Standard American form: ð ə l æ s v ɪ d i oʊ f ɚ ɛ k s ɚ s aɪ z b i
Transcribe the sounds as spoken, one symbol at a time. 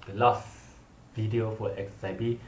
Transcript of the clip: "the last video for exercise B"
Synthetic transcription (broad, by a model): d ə l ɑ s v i d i oʊ f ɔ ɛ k s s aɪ b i